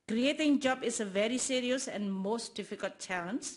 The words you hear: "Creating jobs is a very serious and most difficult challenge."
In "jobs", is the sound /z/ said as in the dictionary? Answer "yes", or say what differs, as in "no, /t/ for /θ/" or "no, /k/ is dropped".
no, /z/ is dropped